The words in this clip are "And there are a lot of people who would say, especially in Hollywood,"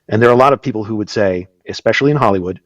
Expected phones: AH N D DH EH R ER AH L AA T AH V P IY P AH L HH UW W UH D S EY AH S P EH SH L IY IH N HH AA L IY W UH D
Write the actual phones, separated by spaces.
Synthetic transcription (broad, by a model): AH N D DH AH R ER AH L AA T AH V P IY P L HH UW W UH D S EY AH S P EH SH L IY IH N HH AA L IY W UH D